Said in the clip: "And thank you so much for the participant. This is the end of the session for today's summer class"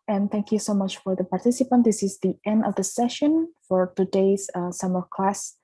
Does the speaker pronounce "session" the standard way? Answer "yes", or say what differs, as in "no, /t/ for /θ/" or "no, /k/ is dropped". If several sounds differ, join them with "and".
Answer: yes